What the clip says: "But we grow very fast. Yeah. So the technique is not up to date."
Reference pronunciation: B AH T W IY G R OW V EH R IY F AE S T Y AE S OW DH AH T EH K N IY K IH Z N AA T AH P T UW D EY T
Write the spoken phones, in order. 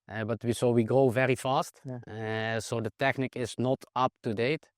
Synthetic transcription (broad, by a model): B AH T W IY G R OW V EH R IY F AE S T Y S OW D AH T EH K N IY K IH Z N AA T AH P T UW D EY T